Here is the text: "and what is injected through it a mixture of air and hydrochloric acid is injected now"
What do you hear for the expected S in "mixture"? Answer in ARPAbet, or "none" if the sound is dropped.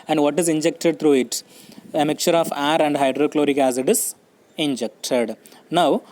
none